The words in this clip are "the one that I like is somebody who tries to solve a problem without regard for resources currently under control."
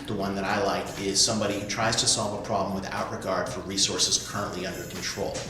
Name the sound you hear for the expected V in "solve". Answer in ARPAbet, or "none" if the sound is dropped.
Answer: V